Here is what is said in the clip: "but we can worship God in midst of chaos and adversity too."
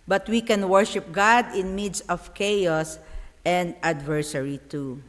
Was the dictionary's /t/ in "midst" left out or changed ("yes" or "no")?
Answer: yes